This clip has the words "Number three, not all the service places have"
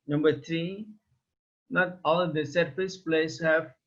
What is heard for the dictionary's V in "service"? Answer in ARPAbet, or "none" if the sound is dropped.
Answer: F